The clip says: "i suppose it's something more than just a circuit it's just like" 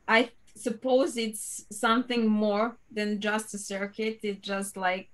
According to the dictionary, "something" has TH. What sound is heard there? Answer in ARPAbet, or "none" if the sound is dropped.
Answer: TH